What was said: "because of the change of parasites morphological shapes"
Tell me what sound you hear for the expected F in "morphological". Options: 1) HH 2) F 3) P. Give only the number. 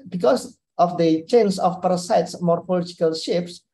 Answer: 3